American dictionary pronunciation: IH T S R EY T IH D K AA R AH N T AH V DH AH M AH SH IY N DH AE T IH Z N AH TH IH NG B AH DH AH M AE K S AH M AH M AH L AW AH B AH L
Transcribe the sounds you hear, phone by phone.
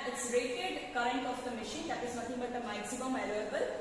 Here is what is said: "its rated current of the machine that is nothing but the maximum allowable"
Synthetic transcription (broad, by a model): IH T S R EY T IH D K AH R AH N T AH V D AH M AH SH IY N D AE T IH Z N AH T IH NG B AH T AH M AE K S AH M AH M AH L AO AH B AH L